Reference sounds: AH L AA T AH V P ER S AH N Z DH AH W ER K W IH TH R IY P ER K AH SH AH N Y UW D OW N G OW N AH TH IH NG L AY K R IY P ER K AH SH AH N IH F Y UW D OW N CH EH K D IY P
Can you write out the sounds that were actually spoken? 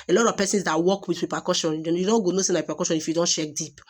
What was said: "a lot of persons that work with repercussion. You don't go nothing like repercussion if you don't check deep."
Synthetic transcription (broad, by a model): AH L AA T AH V P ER S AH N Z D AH W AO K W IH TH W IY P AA K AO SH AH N Y UW D OW N G OW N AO S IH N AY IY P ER K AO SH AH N IH F Y UW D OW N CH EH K D IY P